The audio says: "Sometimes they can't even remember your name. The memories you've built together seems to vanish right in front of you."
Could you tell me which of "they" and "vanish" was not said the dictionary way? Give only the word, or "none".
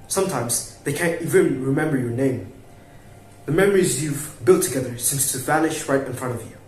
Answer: none